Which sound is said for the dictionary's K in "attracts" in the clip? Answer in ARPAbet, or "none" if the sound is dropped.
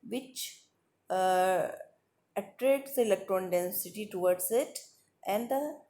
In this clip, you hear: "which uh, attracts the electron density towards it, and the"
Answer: none